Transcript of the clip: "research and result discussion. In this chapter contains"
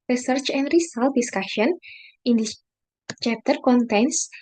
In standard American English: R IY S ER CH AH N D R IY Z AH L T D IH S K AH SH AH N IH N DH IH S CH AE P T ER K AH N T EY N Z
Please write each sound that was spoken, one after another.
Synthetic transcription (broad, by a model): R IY S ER CH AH N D R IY S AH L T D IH S K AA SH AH N IH N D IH CH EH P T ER K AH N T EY N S